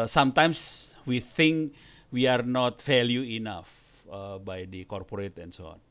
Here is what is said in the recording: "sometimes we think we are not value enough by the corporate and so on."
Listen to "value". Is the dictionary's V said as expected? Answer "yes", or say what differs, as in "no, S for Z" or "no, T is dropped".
no, F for V